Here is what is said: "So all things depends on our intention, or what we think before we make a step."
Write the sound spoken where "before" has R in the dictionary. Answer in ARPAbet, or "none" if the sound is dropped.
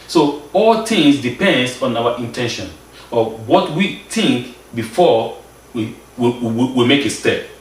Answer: W